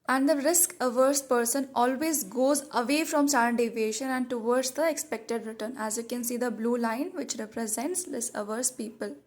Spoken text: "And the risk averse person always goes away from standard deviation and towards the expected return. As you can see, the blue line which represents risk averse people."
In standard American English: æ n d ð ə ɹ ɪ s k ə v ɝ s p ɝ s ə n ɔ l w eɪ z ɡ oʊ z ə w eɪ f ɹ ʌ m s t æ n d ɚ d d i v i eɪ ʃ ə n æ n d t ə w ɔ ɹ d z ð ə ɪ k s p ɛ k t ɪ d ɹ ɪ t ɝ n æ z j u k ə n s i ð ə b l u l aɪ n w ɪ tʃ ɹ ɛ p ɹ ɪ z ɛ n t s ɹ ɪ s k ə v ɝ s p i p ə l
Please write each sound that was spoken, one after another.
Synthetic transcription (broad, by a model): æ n d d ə ɹ ɪ s k ə v ɝ s p ɝ s ə n ɔ l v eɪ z ɡ oʊ z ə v eɪ f ɹ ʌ m s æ d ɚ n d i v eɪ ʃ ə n æ n d t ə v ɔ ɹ d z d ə ɪ k s p ɛ k t ɪ d ɹ ɪ t ɝ n æ z j u k ə n s i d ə b l u l aɪ n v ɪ tʃ ɹ ɛ p ɹ ɪ z ɛ n t s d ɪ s ə v ɝ s p i p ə l